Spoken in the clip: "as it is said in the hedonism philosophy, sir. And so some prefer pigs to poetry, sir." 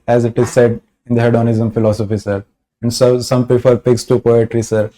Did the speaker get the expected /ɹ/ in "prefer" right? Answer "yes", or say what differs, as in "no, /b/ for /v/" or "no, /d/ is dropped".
no, /ɹ/ is dropped